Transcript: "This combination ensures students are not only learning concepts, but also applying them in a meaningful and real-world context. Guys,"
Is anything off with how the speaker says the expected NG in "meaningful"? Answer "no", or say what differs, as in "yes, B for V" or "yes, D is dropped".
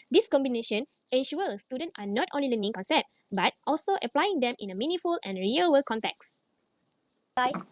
yes, NG is dropped